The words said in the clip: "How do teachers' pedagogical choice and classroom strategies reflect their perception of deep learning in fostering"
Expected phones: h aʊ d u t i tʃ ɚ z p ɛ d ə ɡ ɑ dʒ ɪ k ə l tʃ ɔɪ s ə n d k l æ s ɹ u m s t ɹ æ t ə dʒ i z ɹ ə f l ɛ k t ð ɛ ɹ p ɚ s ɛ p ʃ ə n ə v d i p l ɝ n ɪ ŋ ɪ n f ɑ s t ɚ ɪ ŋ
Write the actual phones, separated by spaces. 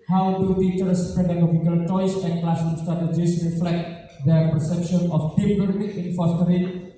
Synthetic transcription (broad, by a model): h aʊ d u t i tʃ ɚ s p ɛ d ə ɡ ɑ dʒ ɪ k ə l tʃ ɔɪ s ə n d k l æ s ɔ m s t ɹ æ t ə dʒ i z ɹ ə f l ɛ k t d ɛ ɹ p ɚ s ɛ p ʃ ə n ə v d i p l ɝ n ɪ ɪ n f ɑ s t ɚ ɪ